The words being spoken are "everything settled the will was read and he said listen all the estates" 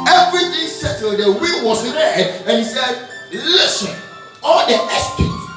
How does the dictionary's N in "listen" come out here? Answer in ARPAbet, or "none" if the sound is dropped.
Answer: N